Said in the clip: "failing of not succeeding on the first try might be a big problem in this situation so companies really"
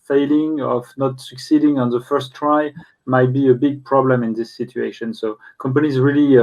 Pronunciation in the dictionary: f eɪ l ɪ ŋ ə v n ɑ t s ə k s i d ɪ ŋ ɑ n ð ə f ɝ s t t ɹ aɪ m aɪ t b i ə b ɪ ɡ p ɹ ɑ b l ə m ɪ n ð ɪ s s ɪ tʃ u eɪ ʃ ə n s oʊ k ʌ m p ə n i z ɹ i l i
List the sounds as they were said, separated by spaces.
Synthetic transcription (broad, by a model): f eɪ l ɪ ŋ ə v n ɑ t s ə k s i d ɪ ŋ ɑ n ð ə f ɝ s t t ɹ aɪ m aɪ t b i ə b ɪ ɡ p ɹ ɑ b l ə m ɪ n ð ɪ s s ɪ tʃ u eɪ ʃ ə n s oʊ k ʌ m p ə n i z ɹ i l i